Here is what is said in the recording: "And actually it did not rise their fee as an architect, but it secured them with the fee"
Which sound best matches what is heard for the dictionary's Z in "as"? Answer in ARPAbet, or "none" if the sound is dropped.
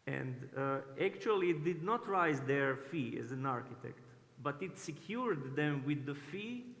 Z